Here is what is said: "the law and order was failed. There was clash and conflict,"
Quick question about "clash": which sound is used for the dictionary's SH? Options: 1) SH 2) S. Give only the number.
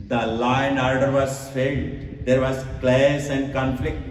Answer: 2